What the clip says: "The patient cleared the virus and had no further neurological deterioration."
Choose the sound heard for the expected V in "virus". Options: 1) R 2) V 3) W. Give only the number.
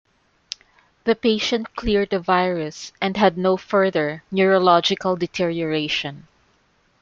2